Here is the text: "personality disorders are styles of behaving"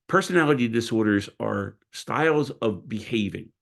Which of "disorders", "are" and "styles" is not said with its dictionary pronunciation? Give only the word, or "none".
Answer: none